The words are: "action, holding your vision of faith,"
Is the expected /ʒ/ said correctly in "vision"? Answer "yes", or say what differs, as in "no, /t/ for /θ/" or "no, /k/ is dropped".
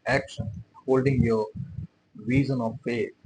no, /z/ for /ʒ/